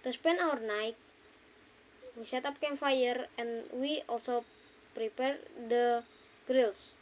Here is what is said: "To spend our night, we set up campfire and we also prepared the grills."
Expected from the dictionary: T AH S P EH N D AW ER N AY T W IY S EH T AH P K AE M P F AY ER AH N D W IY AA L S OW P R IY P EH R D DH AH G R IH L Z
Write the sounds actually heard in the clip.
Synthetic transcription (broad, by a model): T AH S P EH N AW ER N AY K W IY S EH T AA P K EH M F AY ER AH N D W IY AA L S OW P R IY P EH R D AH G R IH L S